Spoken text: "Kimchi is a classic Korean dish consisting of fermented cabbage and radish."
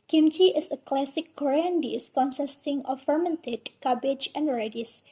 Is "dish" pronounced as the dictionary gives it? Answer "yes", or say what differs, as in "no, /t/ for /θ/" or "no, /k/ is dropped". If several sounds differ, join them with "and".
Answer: no, /s/ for /ʃ/